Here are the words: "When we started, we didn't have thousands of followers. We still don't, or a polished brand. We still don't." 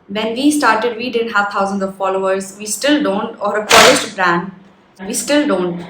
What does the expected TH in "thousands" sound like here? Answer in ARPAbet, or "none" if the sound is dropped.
T